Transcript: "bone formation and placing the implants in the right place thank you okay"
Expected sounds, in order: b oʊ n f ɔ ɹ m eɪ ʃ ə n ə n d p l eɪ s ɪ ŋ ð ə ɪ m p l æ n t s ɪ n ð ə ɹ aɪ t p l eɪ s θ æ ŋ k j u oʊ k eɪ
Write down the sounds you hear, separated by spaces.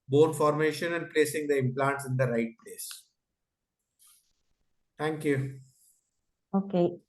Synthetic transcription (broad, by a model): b oʊ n f ɔ ɹ m eɪ ʃ ə n ə n d p l eɪ s ɪ ŋ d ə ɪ m p l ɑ n t s ɪ n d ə ɹ aɪ t p l eɪ s t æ ŋ k j u oʊ k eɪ